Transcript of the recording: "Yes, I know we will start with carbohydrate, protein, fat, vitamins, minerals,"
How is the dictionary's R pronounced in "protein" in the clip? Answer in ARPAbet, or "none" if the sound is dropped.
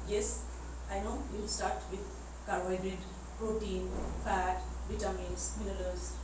R